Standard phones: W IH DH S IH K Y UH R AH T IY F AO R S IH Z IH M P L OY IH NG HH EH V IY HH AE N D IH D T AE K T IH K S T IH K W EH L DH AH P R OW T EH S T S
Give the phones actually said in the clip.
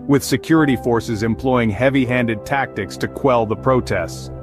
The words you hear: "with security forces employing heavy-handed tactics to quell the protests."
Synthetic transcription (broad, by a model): W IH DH S IH K Y UH R AH T IY F AO R S IH Z IH M P L OY IH NG HH EH V IY HH AE N D IH D T AE K T IH K S T IH K W EH L DH AH P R OW T EH S T S